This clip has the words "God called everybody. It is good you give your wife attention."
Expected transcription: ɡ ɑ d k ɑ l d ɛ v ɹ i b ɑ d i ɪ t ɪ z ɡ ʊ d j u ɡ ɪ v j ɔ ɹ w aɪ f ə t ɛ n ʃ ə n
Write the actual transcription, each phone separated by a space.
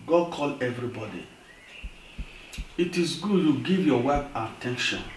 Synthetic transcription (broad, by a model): ɡ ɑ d k ɑ l ɛ v ɹ i b ɑ d i ɪ t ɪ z ɡ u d j u ɡ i v j ɔ w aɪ p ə t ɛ n ʃ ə n